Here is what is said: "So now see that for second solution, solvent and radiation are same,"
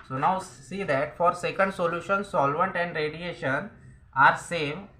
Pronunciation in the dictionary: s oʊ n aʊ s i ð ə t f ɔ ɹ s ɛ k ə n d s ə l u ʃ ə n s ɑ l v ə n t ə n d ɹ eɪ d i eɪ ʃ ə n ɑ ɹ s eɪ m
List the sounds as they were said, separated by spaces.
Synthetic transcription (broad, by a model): s oʊ n aʊ s i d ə t f ɔ ɹ s ɛ k ə n d s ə l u ʃ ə n s ɑ l v ə n t ə n d ɹ eɪ d i eɪ ʃ ə n ɑ ɹ s eɪ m